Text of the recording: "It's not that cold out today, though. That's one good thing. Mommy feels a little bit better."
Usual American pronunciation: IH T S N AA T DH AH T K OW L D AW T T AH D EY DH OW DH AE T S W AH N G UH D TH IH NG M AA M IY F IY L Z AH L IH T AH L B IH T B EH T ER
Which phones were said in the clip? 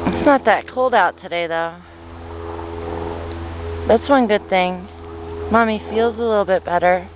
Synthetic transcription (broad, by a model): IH T S N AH T DH AH T K OW L D AW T T AH D EY DH OW DH AE T S W AH N G UH D TH IH NG M AA M IY F IY L Z AH L IH T L B IH T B EH T ER